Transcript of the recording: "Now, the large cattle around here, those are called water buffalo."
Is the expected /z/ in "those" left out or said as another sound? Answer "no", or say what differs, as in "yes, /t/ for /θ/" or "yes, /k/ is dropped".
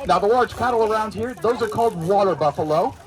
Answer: no